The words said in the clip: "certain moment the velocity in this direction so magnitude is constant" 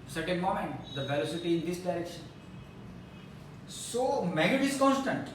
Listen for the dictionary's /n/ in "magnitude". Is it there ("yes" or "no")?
no